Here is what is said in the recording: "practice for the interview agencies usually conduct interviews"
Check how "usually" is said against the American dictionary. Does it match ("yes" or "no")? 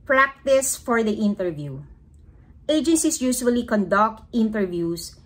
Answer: no